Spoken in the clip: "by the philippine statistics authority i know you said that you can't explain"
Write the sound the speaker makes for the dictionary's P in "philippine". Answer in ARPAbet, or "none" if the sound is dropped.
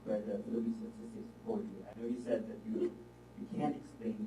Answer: B